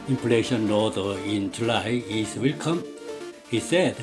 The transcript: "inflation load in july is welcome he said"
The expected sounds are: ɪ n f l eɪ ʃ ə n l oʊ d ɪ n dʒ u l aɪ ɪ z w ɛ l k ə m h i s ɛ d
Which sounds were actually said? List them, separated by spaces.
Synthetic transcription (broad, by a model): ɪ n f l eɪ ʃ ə n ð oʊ ɪ n dʒ u l aɪ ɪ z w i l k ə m h i s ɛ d